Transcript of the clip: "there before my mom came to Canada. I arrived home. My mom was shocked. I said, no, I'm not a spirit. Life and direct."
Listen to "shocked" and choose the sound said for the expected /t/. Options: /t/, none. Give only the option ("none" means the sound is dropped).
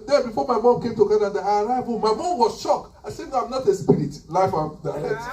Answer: none